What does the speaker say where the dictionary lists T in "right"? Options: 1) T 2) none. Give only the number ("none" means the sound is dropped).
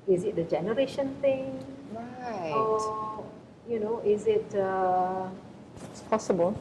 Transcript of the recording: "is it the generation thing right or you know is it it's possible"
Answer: 2